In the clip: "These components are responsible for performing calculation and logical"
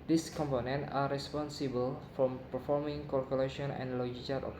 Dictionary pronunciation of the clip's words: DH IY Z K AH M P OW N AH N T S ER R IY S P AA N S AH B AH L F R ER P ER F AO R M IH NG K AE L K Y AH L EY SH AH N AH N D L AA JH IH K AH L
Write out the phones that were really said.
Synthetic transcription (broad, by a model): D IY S K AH M P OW N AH N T AA R IY S P AA N S AH B AH L F R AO P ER F AO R M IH NG K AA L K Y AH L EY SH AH N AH N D L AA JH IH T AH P